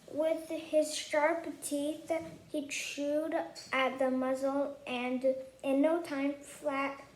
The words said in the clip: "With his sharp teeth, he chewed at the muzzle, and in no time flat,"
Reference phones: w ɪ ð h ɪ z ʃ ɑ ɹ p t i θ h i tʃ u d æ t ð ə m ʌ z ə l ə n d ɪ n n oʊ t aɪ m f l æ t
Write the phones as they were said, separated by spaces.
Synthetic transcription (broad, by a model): w ɪ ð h ɪ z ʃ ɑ ɹ p t i θ h i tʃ u d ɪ t ð ə m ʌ z l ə n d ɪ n n oʊ t aɪ m f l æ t